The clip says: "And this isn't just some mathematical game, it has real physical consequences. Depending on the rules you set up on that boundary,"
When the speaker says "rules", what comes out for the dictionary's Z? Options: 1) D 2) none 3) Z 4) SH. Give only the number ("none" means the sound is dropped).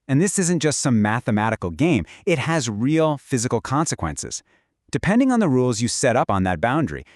3